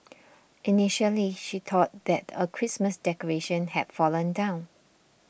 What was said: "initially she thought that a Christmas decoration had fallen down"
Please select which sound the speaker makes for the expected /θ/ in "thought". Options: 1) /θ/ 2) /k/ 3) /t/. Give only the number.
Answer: 3